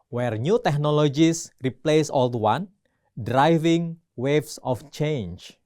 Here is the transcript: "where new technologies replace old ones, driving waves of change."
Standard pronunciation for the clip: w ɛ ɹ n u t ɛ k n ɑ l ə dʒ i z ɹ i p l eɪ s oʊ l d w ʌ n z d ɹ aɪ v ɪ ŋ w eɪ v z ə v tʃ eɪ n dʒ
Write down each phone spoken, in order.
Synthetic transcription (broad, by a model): w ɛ ɹ n u t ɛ k n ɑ l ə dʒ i s ɹ i p l eɪ s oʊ l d w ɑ n d ɹ aɪ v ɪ ŋ w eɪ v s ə f tʃ eɪ n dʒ